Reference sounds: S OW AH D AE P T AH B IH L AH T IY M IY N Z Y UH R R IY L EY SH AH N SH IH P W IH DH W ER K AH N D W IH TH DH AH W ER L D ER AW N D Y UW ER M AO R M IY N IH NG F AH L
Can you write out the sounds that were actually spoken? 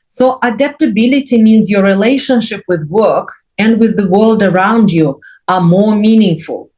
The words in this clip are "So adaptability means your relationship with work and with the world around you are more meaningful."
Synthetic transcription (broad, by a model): S OW AH D AE P T AH B IH L AH T IY M IY N Z Y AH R R IY L EY SH AH N SH IH P W IH DH W ER K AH N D W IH DH AH W ER L D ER AW N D Y UW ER M AO R M IY N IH NG F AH L